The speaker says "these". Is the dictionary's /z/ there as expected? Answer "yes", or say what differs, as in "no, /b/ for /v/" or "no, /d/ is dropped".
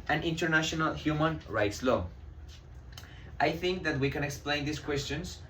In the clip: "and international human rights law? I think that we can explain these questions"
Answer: no, /s/ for /z/